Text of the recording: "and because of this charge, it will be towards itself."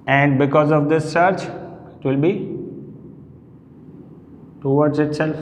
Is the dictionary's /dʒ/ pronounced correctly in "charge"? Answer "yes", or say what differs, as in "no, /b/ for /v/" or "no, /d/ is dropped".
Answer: no, /tʃ/ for /dʒ/